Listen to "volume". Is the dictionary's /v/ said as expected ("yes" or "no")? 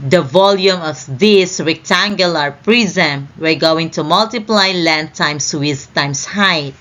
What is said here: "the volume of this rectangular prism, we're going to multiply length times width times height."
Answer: yes